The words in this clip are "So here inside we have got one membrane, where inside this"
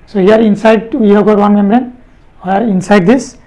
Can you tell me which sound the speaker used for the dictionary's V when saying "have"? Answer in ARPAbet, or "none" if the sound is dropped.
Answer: B